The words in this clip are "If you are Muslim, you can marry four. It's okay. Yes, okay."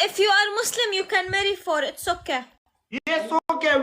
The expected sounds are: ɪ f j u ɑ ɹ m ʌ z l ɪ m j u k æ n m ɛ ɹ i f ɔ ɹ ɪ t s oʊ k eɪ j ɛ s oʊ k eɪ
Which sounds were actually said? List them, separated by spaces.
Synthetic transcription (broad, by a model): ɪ f j u ɑ ɹ m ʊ s l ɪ m j u k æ n m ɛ ɹ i f ɔ ɹ ɪ t s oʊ k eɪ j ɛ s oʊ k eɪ